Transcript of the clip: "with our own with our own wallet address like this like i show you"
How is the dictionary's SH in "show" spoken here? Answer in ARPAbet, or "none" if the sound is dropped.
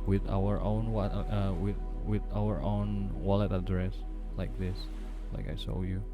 S